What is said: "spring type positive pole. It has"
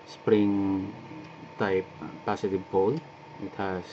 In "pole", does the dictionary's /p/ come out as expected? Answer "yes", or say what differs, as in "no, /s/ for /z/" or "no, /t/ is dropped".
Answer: no, /b/ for /p/